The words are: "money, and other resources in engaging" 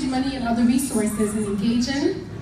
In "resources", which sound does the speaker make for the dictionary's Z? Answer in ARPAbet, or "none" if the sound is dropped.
Z